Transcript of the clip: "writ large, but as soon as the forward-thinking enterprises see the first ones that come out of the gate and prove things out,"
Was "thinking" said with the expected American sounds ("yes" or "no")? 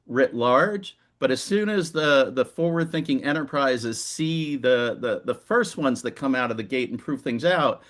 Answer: yes